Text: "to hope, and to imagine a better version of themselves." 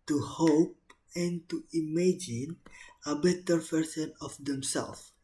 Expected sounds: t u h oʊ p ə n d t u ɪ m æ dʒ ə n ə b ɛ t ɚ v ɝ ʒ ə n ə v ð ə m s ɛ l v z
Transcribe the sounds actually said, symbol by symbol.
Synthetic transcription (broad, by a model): t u h oʊ p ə n t u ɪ m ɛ dʒ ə n ə b ɛ t ɚ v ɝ s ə n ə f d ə m s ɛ l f